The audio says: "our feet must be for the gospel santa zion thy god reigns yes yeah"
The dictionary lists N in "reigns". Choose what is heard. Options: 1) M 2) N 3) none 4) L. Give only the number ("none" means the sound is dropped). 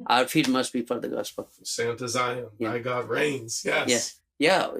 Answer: 2